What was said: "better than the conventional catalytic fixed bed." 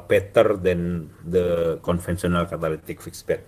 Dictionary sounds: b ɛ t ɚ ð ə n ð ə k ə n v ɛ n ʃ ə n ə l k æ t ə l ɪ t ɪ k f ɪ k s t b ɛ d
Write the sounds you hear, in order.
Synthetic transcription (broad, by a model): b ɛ t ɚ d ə n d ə k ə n f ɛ n s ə n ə l k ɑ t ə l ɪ t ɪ k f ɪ k s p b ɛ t